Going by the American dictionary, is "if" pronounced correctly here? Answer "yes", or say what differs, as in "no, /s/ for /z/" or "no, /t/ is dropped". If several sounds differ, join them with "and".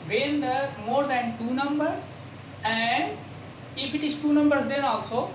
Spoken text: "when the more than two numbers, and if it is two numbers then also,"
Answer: no, /p/ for /f/